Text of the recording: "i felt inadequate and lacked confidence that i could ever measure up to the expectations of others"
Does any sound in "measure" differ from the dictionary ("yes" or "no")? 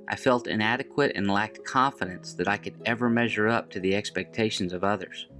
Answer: no